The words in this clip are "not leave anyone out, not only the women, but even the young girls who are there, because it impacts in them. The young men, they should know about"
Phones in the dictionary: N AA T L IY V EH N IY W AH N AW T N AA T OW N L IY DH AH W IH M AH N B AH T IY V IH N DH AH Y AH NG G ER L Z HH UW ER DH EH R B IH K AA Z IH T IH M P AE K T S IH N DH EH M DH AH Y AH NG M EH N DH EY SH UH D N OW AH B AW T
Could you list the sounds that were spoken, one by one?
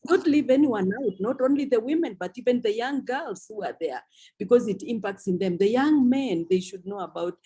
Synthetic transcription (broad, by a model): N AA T L IY V EH N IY W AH N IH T N AA T OW N L IY DH AH W IH M AH N B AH T IY V IH N DH AH Y AH NG G ER L Z HH UW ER DH EH R B IH K AA Z IH T IH M P AE K T S IH N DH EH M DH AH Y AH NG M EH N DH EY SH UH D N OW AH B AW T